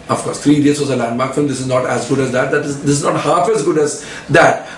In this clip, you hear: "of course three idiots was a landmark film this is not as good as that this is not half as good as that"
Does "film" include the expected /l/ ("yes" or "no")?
no